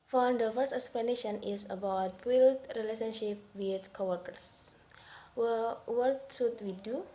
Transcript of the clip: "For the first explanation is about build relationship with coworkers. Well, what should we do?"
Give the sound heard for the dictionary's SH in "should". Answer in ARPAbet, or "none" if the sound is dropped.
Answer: S